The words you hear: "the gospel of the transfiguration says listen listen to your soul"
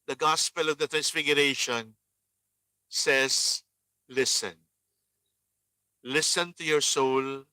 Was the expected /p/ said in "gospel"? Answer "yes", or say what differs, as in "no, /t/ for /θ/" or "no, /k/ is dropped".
yes